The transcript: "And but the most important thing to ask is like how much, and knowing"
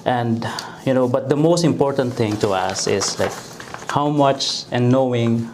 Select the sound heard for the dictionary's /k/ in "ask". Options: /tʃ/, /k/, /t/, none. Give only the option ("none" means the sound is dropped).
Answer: none